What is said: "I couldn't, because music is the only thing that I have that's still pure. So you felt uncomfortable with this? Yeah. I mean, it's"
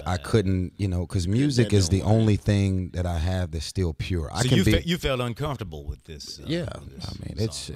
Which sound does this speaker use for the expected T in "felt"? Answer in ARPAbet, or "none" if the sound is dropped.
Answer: T